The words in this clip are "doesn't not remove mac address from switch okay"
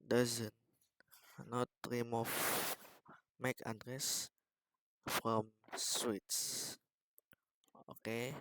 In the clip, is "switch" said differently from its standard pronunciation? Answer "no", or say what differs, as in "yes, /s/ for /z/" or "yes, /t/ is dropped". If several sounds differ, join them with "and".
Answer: yes, /s/ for /tʃ/